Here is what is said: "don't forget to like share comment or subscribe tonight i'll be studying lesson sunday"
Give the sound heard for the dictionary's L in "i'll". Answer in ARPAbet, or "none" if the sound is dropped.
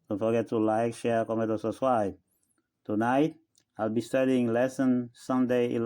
L